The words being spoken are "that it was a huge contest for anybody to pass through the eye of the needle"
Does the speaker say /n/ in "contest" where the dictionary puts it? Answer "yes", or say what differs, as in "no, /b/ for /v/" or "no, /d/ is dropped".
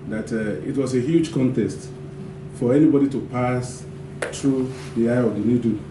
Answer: yes